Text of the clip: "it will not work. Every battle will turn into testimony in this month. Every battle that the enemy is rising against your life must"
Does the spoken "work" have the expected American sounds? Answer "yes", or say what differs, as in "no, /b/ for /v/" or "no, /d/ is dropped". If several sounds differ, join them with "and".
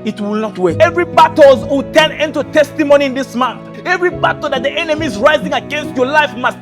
no, /k/ is dropped